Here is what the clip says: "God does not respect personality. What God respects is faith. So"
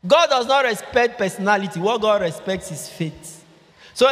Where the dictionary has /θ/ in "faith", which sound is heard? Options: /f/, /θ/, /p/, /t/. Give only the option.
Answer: /t/